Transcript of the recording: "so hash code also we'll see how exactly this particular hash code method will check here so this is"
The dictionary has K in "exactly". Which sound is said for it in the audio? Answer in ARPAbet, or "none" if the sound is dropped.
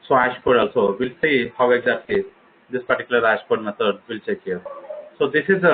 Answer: none